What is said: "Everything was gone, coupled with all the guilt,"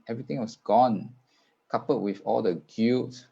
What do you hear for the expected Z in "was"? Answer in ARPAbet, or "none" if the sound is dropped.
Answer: S